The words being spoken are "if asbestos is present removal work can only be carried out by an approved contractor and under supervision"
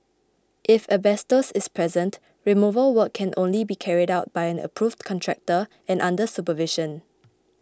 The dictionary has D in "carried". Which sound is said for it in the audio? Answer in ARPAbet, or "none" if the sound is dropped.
D